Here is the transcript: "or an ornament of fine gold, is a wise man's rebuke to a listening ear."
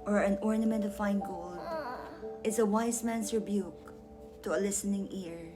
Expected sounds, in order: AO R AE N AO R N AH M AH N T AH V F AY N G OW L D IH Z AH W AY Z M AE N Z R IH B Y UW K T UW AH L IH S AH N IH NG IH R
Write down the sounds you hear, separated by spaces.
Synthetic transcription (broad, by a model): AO R AE N AO R N AH M AH N T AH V F AY N G OW L D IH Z AH W AY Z M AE N S R IH B Y UW K T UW AH L IH S AH N IH NG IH R